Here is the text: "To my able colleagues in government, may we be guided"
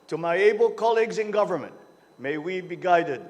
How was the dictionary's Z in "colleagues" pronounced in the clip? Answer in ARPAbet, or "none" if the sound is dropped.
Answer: Z